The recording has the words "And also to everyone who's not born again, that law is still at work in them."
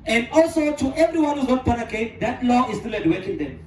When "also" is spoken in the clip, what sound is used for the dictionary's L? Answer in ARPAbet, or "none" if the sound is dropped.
L